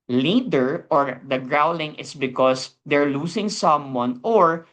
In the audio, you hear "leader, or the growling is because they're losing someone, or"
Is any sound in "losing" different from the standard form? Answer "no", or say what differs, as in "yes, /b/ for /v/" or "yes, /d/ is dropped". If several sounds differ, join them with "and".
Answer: yes, /s/ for /z/